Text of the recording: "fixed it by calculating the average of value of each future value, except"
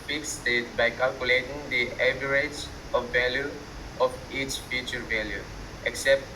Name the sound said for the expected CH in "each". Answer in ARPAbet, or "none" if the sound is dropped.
CH